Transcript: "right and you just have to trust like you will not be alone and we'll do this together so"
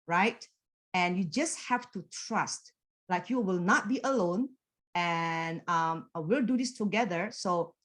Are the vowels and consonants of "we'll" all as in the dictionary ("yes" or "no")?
yes